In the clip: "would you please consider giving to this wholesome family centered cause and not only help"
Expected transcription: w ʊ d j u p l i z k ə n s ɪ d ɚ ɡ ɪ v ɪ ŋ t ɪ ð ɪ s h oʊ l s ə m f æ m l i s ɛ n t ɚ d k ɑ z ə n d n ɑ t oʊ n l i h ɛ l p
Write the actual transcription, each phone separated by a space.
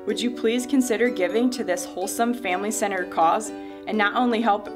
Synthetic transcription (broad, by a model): w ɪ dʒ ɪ p l i z k ə n s ɪ d ɚ ɡ ɪ v ɪ ŋ t ɪ ð ɪ s h oʊ l s ə m f æ m l i s ɛ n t ɚ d k ɑ z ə n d t oʊ n l i h ɛ l p